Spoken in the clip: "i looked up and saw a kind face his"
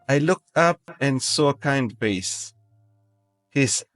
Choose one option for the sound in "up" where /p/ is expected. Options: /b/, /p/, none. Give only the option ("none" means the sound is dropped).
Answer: /p/